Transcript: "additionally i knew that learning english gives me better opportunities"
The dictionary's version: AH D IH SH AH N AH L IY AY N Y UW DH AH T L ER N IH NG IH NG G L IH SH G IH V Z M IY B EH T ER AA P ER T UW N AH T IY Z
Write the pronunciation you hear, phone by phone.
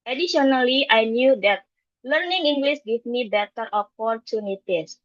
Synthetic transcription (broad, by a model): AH D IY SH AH N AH L IY AY N Y UW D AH T L ER N IH NG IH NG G L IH S G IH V M IY B EH T ER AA P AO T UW N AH T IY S